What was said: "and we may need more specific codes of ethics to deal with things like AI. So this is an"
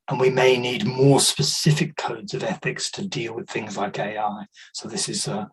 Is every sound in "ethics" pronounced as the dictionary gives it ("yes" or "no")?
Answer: yes